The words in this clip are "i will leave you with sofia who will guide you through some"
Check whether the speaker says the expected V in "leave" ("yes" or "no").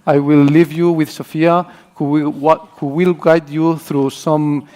yes